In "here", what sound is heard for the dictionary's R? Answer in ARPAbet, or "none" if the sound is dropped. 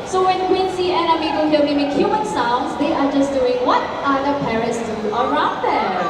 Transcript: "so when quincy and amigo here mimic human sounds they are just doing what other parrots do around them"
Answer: L